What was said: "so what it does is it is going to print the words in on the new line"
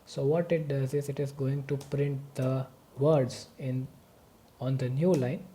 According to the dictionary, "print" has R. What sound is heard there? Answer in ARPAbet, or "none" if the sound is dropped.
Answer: R